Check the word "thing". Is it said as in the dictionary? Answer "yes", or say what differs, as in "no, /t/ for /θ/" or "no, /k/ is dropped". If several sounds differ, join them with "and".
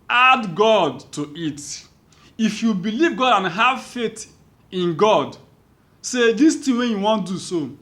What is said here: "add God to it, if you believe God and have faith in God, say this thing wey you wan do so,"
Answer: no, /t/ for /θ/